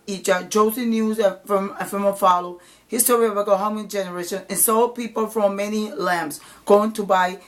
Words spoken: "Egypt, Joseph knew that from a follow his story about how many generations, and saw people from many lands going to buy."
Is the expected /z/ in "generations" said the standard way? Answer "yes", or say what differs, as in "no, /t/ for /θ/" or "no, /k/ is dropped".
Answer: no, /z/ is dropped